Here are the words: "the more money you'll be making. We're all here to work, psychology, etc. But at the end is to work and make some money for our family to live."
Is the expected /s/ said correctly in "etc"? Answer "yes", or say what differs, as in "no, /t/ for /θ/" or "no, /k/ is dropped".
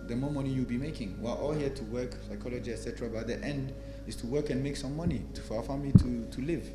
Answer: yes